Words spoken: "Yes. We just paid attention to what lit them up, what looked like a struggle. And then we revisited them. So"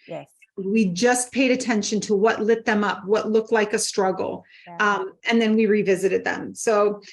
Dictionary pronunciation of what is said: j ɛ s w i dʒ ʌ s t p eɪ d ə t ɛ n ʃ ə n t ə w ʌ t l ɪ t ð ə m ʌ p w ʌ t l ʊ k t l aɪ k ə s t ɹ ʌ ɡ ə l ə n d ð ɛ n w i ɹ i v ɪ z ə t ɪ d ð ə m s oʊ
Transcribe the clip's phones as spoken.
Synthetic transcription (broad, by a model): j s w i dʒ ʌ s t p eɪ d ə t ɛ n ʃ ə n t ə w ʌ t l ɪ t ð ə m ʌ p w ʌ t l ʊ k t l aɪ k ə s t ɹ ʌ ɡ l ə n ð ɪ n w i ɹ i v ɪ z ə t ɪ d ð ə m s oʊ